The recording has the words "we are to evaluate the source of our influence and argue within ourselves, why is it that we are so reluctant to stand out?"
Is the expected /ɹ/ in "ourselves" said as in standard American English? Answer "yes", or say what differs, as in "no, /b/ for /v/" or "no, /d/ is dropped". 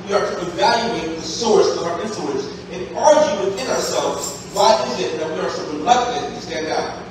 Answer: yes